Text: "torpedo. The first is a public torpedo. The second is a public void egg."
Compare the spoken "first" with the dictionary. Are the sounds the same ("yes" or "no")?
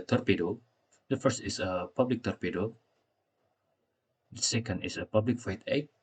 yes